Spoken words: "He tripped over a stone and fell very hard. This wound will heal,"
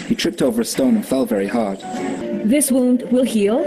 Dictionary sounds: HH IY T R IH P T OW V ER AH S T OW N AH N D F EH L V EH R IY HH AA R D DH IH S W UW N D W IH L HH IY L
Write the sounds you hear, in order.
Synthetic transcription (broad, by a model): HH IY T R IH P T OW V ER AH S T OW N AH N F EH L V EH R IY HH AA R D DH IH S W UW N D W IH L HH IY L